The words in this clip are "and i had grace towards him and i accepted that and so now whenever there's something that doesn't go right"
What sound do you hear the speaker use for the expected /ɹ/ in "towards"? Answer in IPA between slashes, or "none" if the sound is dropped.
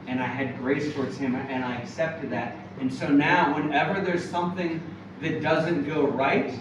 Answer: /ɹ/